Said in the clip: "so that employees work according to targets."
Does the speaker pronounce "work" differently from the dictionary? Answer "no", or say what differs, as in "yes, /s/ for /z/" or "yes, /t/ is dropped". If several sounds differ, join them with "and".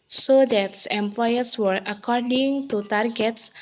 yes, /k/ is dropped